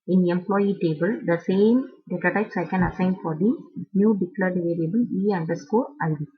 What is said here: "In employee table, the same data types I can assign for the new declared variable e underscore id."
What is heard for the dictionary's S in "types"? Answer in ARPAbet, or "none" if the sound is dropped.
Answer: S